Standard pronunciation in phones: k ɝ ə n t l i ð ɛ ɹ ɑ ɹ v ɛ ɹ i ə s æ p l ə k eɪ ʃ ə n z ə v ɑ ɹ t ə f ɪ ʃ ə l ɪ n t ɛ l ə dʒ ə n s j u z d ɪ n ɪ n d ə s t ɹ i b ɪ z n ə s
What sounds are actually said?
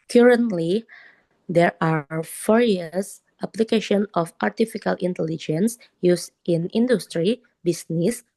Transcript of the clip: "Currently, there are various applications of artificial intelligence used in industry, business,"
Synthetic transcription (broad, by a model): k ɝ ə n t l i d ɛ ɹ ɑ ɹ f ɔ ɹ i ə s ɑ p l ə k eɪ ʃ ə n ə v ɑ ɹ t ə f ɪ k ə l ɪ n t ɛ l ə dʒ ə n s j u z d ɪ n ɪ n d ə s t ɹ i b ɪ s n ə s